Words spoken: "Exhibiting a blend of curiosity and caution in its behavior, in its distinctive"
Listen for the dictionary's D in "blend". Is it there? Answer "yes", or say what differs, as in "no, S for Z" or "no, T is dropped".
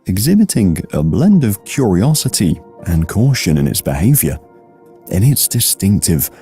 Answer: yes